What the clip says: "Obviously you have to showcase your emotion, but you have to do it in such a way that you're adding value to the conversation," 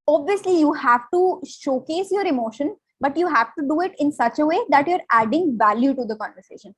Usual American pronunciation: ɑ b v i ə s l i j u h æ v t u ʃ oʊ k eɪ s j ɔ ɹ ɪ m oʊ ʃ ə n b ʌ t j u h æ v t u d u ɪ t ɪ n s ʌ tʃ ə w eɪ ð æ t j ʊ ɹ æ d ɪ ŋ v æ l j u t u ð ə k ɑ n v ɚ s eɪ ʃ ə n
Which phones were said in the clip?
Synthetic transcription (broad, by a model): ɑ b v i ə s l i j u h æ v t u ʃ oʊ k eɪ s j ɔ ɹ ɪ m oʊ ʃ ə n b ʌ t j u h æ v t u d u ɪ t ɪ n s ʌ tʃ ə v eɪ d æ t j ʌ ɹ æ d ɪ ŋ v æ l j u t u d ə k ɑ n v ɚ s eɪ ʃ ə n